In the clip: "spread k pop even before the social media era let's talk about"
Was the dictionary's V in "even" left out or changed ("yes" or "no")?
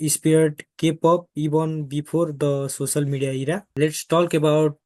yes